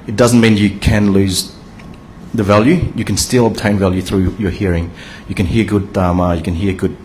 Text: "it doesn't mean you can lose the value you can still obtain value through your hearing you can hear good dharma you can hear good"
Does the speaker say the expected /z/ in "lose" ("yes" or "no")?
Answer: yes